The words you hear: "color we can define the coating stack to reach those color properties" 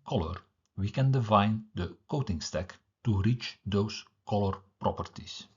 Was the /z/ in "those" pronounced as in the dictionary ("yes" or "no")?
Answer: no